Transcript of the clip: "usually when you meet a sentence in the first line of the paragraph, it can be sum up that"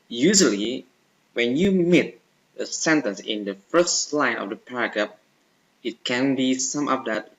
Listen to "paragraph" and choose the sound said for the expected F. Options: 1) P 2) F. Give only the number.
1